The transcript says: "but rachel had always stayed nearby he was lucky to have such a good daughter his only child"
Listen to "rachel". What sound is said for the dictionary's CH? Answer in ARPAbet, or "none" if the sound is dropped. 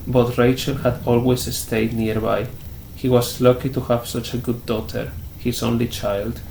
CH